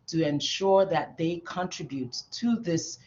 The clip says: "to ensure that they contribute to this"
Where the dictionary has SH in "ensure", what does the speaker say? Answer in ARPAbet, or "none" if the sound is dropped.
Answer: SH